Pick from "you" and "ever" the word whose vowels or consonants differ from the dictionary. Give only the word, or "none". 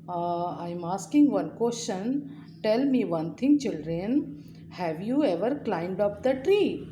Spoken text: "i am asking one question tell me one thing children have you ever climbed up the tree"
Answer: none